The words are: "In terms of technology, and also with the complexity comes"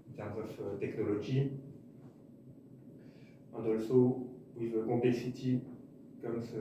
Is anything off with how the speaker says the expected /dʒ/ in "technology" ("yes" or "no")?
yes